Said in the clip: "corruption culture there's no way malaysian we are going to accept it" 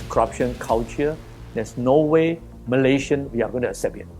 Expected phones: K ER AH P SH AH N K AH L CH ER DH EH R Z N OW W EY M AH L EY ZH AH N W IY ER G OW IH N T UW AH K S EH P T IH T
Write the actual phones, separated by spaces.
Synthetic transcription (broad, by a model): K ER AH P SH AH N K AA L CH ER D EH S N OW W EY M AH L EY SH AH N W IY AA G OW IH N T UW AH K S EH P IH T